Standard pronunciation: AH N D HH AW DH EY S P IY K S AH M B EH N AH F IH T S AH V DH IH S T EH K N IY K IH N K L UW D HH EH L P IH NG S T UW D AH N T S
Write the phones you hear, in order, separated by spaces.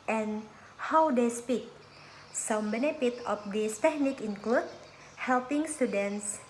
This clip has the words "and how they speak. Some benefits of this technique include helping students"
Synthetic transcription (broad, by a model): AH N HH AW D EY S P IY K S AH M B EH N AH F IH T AH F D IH S T EH K N IY K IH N K L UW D HH EH L P IH NG S T UW D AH N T S